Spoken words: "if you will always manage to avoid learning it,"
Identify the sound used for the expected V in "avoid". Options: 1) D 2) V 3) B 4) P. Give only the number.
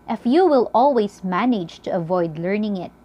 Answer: 2